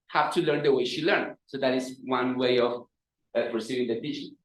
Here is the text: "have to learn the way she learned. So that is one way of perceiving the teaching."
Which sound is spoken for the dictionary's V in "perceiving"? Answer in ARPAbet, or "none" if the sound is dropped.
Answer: none